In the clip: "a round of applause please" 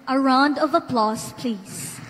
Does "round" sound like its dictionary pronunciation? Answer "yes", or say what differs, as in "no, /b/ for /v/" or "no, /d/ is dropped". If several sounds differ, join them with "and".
yes